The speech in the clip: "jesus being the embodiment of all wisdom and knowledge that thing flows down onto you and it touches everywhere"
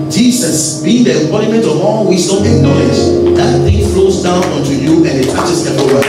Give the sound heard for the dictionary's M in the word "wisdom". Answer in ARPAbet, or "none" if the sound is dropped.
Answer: none